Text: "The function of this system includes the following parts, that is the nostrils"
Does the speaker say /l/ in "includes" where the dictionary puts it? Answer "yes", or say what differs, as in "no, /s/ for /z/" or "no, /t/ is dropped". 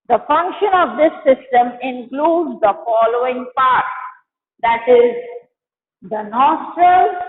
yes